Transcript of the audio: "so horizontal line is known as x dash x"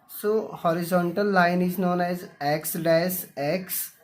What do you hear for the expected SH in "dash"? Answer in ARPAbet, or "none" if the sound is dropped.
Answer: S